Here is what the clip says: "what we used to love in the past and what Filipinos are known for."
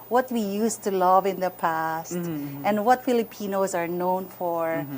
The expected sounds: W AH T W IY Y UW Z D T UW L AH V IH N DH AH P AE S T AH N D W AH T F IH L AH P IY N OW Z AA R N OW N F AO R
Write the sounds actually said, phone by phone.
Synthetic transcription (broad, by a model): W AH T W IY Y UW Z T UW L AH V IH N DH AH P AE S T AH N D W AH T F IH L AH P IY N OW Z AA R N OW N F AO R